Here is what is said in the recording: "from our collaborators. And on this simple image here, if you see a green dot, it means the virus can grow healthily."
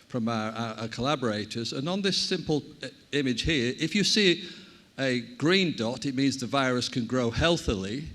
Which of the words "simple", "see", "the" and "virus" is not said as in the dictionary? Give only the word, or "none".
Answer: none